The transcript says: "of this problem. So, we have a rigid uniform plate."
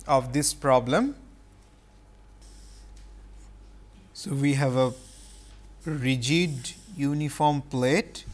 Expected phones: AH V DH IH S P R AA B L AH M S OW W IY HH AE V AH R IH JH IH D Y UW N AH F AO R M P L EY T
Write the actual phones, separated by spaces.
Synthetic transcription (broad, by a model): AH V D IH S P R AA B L AH M S OW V IY HH AE V AH R IH JH IH D Y UW N AH F AO R M P L EY T